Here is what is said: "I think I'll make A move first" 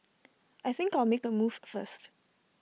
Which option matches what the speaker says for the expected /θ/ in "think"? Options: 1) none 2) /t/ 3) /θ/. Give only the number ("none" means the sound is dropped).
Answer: 3